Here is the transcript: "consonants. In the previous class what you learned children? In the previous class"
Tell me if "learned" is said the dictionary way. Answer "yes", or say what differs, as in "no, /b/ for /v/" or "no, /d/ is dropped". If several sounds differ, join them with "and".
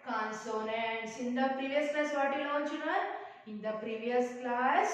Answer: no, /n/ is dropped